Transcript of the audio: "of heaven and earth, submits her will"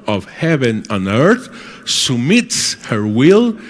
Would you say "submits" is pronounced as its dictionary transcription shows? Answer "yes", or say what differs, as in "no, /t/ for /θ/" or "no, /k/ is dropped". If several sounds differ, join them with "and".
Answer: no, /b/ is dropped